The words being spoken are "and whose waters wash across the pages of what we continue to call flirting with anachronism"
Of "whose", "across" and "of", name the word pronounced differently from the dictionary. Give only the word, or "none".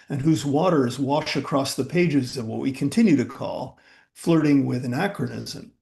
none